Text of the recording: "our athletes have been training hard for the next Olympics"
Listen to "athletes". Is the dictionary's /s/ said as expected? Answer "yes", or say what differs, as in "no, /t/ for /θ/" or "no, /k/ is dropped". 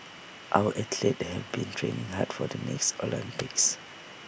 no, /s/ is dropped